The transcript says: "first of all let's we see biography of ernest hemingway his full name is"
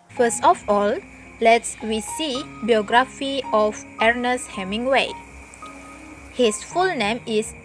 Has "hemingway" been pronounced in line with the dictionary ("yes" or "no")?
yes